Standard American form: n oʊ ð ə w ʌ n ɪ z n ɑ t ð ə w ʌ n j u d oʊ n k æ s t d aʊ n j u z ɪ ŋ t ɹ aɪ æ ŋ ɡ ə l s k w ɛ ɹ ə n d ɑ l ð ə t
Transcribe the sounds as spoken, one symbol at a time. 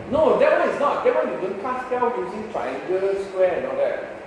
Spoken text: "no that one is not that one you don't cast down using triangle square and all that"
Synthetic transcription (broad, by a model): n oʊ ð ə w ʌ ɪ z n ɑ t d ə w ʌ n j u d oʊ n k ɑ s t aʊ l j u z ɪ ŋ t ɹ aɪ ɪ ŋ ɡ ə s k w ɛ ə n ɑ l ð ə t